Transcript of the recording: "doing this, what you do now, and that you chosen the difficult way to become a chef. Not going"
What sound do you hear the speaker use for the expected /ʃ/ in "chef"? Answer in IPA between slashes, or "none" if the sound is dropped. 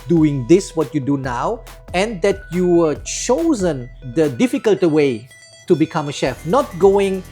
/ʃ/